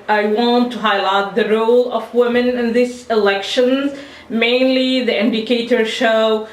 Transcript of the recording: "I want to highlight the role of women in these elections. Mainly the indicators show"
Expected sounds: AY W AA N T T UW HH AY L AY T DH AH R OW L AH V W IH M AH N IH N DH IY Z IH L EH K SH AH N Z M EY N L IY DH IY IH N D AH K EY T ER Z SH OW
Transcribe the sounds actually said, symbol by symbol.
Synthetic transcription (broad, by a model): AY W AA N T T UW HH AY L AY T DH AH R OW L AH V W IH M AH N IH N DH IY S IH L EH K SH AH N Z M EY N L IY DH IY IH N D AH K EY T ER SH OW